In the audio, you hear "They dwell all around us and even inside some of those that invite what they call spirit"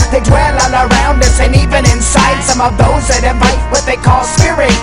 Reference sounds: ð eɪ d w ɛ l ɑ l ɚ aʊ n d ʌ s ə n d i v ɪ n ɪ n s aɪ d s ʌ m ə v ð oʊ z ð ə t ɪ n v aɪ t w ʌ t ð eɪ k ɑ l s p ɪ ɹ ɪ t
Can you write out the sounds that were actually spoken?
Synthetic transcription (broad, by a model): ð eɪ d w ɛ l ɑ n ɚ aʊ n d ʌ s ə n i v ɪ n ɪ n s aɪ d s ʌ m ə v ð oʊ z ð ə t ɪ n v aɪ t w ʌ t ð eɪ k ɑ l s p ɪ ɹ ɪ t